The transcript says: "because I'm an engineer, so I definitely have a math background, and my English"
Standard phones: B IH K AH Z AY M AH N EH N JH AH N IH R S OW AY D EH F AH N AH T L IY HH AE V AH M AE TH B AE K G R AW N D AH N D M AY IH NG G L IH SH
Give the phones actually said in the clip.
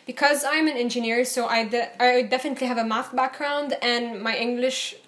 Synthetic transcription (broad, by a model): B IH K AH Z AY M AH N EH N JH AH N IH R S OW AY D EH F AH N AH T L IY HH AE V AH M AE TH B AE K G R AW N D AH N M AY IH NG G L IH SH